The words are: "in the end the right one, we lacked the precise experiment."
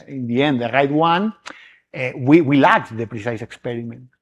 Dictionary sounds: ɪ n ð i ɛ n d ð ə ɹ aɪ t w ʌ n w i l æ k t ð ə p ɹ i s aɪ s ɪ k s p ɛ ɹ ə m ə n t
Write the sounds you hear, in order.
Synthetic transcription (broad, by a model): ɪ n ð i ɛ n d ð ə ɹ aɪ t w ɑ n w i w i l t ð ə p ɹ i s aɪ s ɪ k s p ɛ ɹ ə m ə n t